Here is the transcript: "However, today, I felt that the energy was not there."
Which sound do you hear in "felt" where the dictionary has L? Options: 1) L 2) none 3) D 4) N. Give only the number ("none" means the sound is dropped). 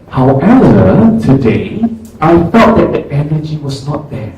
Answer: 2